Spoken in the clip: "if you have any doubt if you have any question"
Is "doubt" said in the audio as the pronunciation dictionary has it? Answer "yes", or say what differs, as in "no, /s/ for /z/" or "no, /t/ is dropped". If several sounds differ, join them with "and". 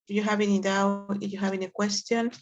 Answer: no, /t/ is dropped